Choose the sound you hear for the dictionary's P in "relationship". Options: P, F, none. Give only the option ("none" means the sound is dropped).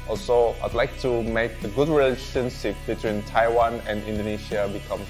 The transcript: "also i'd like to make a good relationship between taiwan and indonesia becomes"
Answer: F